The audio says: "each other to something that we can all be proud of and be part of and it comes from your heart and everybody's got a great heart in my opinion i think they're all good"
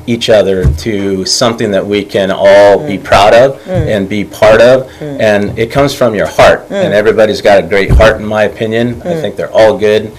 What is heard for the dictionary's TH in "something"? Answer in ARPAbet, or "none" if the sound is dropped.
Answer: TH